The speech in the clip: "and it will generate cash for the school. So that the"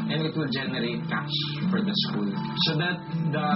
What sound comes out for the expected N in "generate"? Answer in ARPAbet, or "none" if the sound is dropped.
N